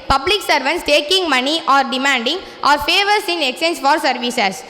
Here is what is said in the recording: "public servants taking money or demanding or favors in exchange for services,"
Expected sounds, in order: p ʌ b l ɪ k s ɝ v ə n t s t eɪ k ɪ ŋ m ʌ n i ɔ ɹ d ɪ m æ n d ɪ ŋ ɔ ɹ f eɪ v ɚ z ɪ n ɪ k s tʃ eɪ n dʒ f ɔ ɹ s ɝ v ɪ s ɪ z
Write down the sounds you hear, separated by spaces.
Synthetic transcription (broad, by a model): p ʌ b l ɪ k s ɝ v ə n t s t eɪ k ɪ ŋ m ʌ n i ɔ ɹ d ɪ m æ n d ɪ ŋ ɔ ɹ f eɪ v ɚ s ɪ n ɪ k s eɪ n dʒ f ɔ ɹ s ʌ v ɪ s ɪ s